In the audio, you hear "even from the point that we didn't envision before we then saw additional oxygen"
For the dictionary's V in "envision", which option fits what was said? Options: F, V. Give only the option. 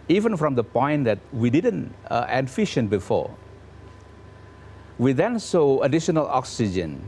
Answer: F